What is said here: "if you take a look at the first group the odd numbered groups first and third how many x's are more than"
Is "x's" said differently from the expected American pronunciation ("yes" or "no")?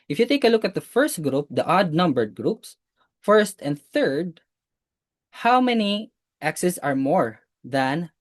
yes